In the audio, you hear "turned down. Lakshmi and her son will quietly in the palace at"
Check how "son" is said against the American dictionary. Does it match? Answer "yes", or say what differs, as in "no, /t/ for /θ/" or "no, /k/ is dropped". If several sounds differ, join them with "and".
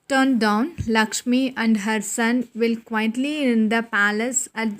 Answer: yes